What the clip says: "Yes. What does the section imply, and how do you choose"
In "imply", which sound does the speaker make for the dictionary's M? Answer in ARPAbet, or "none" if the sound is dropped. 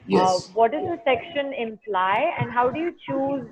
M